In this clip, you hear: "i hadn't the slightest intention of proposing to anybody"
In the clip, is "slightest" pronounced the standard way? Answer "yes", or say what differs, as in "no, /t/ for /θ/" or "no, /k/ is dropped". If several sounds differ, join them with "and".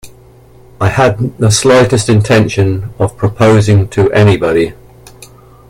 yes